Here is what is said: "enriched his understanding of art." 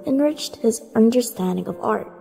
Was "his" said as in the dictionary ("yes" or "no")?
yes